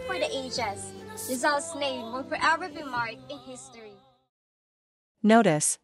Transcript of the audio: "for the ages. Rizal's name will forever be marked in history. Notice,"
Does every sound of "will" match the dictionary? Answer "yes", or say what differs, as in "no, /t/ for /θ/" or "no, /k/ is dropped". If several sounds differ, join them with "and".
no, /n/ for /l/